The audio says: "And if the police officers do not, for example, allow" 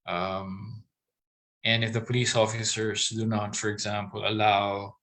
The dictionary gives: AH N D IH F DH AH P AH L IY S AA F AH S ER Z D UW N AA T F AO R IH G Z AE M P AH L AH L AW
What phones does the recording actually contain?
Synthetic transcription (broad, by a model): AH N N IH F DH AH P AH L IY S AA F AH S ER S D UW N AA T F AO R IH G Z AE M P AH L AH L AW